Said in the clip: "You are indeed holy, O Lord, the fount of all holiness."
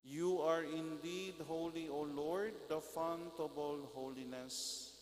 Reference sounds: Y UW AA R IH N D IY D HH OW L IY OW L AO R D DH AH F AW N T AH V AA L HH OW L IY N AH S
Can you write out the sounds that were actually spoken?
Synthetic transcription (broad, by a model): Y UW AA R IH N D IY D HH OW L IY OW L AO R D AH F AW N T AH B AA L HH OW L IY N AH S